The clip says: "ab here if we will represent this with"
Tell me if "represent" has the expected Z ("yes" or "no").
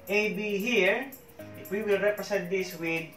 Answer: no